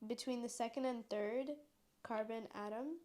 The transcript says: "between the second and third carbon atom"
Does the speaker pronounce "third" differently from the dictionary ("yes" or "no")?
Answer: no